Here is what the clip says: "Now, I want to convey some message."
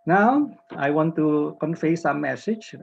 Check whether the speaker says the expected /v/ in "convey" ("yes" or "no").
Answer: no